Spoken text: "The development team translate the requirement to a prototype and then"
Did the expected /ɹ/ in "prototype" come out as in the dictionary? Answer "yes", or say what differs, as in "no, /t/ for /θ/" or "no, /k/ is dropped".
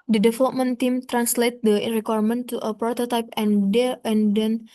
yes